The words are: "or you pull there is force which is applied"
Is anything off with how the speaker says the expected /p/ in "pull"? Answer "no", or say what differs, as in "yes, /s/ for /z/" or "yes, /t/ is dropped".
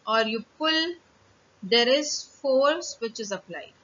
no